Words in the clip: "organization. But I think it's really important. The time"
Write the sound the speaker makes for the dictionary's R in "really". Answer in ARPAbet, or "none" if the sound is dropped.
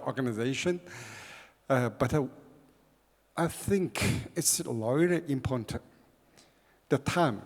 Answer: L